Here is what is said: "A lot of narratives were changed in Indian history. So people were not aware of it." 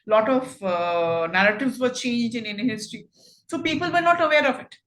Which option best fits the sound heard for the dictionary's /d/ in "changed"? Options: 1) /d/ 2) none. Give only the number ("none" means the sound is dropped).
2